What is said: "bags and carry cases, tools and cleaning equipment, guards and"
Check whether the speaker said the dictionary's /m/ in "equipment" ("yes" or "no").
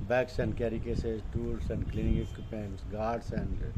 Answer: no